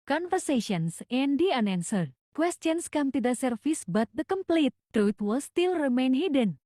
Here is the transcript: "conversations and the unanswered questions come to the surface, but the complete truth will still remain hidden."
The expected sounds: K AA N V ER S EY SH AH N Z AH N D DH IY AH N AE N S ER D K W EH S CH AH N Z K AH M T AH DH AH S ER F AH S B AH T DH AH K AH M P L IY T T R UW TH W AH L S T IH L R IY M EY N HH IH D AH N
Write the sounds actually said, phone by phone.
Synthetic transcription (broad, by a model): K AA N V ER S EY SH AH N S AH N D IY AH N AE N S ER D K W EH S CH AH N S K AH M T AH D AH S ER F AH S B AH T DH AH K AH M P L IY T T R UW T W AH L S T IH L R IY M EY N HH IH D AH N